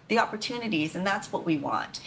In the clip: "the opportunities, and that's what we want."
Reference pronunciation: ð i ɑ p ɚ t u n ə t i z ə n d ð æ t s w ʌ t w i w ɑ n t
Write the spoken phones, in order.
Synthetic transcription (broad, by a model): ð i ɑ p ɚ t u n ə t i z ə n ð æ t s w ʌ t w i w ɑ n t